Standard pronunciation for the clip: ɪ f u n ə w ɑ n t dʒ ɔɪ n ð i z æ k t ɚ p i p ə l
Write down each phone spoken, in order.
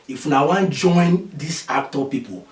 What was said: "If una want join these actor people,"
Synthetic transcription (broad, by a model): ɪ f u n ə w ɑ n dʒ ɔɪ n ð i s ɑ k t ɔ p i p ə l